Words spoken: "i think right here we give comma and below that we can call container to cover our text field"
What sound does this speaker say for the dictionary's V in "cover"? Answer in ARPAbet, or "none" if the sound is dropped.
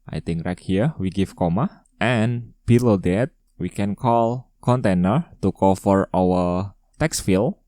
F